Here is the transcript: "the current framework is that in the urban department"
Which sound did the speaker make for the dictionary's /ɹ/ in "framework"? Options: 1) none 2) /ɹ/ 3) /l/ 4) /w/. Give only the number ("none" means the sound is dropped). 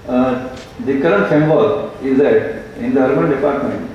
1